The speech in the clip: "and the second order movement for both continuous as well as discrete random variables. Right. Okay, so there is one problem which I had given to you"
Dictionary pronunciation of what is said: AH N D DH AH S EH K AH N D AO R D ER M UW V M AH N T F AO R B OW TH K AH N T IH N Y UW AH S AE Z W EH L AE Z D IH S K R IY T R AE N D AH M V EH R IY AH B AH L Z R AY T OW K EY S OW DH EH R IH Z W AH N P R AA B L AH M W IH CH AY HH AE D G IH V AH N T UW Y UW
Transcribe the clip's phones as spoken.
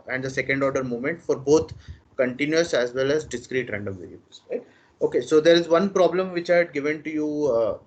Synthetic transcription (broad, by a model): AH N D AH S EH K AH N D AO R D ER M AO M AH N T F AO R B OW T K AH N T IH N Y UW AH S AE Z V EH L AE Z D IH S K R IY T R AE N D AH M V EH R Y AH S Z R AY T OW K EY S OW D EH R IH Z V AH N P R AA B L AH M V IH CH AY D G IH V AH N T UW Y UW